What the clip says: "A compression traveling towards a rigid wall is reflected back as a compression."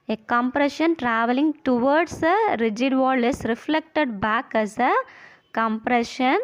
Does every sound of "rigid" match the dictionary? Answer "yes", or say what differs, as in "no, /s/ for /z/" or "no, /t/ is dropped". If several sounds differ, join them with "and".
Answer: yes